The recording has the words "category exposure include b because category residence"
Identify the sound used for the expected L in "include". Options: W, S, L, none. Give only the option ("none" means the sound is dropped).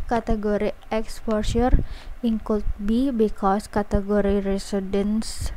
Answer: none